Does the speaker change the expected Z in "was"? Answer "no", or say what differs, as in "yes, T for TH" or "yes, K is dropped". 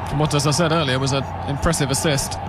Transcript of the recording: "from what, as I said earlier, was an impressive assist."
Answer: no